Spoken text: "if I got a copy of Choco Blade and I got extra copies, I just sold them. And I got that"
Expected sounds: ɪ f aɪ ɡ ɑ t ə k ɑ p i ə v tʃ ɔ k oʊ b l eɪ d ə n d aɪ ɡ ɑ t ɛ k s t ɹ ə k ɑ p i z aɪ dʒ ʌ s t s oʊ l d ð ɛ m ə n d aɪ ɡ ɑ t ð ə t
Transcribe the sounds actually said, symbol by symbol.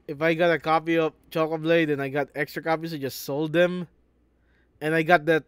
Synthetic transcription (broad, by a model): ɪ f aɪ ɡ ɑ t ə k ɑ p i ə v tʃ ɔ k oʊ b l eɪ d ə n aɪ ɡ ɑ t ɛ k s t ɹ ə k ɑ p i s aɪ dʒ ʌ s t s oʊ l d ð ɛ m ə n aɪ ɡ ɑ t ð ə t